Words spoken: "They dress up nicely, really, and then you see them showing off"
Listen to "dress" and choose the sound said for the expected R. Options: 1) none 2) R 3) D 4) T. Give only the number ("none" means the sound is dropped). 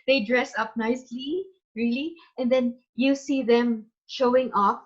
2